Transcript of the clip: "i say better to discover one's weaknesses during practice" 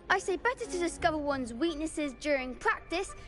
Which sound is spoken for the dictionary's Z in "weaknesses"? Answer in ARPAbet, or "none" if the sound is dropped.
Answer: Z